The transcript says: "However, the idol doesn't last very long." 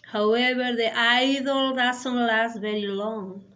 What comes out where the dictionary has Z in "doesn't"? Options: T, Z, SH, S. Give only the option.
S